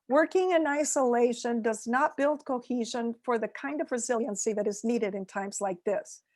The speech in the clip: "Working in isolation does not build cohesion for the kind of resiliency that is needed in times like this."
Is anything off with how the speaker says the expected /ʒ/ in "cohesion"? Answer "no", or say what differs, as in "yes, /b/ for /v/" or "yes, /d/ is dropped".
no